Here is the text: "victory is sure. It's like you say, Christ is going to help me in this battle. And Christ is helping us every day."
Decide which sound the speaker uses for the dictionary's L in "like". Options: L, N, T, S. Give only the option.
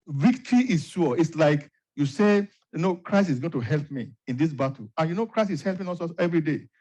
L